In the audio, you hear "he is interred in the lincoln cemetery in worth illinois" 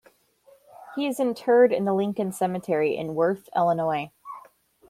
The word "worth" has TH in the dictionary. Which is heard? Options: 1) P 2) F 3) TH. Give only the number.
3